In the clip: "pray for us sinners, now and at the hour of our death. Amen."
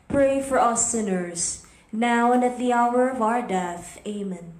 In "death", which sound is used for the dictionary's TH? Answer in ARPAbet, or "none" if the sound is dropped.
TH